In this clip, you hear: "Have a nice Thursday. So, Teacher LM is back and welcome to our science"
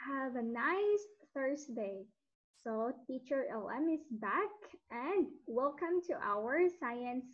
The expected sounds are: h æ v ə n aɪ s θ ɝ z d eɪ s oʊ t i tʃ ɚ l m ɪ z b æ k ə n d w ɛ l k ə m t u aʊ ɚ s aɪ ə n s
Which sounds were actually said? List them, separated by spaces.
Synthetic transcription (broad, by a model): h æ v ə n aɪ s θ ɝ s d eɪ s oʊ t i tʃ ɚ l m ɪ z b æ k ə n d w ɛ l k ə m t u aʊ ɚ s aɪ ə n s